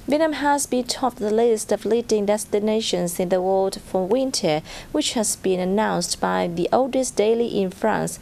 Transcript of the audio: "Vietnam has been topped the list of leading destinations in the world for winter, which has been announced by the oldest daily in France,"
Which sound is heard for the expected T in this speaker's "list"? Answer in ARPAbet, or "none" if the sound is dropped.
T